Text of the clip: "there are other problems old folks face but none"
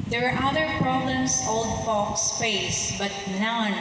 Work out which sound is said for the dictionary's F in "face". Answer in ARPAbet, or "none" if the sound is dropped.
P